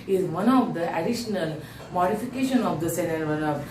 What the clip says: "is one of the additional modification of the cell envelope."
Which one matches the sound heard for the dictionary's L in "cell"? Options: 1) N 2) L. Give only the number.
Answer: 1